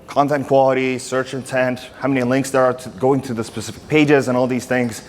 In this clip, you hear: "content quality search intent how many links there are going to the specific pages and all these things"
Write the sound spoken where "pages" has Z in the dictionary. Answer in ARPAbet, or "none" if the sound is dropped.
Z